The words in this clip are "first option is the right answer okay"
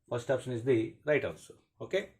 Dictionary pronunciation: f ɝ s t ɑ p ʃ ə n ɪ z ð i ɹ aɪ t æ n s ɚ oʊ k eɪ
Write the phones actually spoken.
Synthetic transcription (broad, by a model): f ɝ s t ɑ p ʃ ə n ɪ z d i ɹ aɪ t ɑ l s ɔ oʊ k eɪ